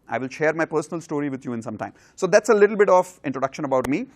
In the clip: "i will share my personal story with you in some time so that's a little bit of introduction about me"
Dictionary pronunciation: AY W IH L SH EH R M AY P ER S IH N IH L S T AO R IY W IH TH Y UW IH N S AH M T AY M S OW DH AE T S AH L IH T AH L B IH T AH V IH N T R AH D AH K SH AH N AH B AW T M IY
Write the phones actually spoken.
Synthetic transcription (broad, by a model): AY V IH L SH EH R M AY P ER S IH N IH L S T AO R IY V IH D Y UW IH N S AH M T AY M S OW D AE T S AH L IH T L B IH T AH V IH N T R AH D AH K SH AH N AH B AW T M IY